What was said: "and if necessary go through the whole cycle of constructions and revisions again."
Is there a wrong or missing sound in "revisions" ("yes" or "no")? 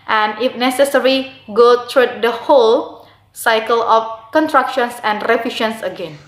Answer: yes